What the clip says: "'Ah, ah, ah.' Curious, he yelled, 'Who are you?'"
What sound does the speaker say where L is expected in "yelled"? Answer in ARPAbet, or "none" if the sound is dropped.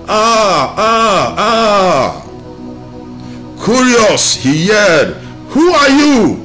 none